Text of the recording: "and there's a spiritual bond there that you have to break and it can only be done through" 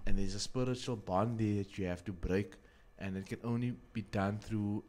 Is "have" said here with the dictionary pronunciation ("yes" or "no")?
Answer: no